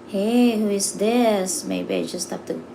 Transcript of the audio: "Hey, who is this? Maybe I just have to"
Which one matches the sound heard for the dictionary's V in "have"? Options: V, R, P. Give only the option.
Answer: P